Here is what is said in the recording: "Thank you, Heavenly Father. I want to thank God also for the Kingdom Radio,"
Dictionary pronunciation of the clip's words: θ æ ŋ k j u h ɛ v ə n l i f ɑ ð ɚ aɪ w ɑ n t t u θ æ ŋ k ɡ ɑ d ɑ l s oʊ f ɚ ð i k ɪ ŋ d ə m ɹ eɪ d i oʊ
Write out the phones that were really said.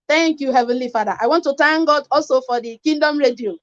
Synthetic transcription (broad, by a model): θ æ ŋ k j u h ɛ v ə n l i f ɑ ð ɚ aɪ w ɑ n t t u t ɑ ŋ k ɡ ɑ d ɑ l s oʊ f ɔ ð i k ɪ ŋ d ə m ɹ eɪ d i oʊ